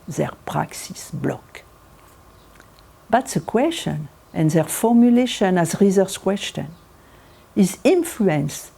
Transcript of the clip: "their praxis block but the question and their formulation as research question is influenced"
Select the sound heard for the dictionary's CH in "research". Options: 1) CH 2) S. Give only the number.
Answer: 2